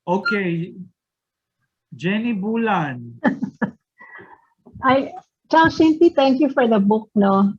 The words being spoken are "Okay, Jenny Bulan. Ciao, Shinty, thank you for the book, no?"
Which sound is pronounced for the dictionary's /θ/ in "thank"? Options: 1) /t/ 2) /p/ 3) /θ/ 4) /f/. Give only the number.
1